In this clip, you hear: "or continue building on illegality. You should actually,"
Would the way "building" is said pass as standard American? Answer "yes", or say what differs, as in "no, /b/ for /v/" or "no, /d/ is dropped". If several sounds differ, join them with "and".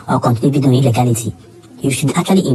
no, /l/ is dropped